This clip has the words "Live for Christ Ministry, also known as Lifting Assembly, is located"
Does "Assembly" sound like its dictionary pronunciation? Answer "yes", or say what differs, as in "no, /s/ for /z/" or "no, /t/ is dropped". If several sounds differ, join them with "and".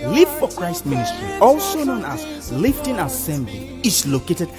yes